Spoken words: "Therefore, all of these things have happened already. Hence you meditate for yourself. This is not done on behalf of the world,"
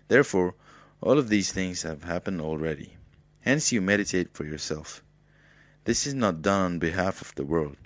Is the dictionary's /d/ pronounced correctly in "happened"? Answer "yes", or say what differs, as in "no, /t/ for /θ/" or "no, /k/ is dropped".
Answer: yes